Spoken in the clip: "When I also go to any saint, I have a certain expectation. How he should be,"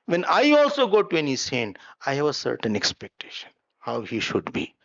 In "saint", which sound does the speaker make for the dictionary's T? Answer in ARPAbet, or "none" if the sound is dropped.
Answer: none